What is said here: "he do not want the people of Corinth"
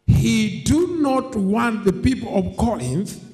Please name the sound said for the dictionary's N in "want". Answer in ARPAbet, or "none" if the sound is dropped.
N